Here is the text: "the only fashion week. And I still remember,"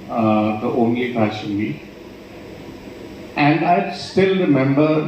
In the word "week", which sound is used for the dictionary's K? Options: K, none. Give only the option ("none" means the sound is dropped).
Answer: none